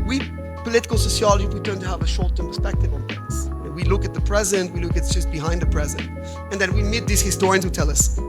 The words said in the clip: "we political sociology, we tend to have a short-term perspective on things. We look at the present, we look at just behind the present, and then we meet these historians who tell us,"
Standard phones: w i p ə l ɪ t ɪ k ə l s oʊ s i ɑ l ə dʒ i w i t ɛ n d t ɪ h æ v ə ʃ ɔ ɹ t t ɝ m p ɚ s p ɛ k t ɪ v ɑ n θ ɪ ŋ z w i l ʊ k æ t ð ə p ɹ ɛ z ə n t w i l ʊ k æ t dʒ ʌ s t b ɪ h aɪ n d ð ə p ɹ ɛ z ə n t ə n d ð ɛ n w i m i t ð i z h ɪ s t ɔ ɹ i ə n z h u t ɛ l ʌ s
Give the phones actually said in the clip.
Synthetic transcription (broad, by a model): w i p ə l ɪ t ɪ k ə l s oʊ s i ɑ l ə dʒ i w i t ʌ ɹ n t ɪ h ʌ v ə ʃ ɔ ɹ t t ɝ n p ɚ s p ɛ k t ɪ v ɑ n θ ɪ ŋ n w i l ʊ k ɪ t ð ə p ɹ ɛ z ə n t w i l ʊ k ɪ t dʒ ʌ s t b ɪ h aɪ n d ð ə p ɹ ɛ z ə n t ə n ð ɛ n w i m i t ð i z h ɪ s t ɔ ɹ i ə n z h u t ɛ l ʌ s